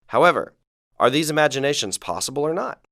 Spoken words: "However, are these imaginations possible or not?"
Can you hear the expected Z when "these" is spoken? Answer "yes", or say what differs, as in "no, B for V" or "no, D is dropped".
yes